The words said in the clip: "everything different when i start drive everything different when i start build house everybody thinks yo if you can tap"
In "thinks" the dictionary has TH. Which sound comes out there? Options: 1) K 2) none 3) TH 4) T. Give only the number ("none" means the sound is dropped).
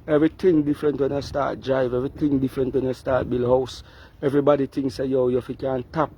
4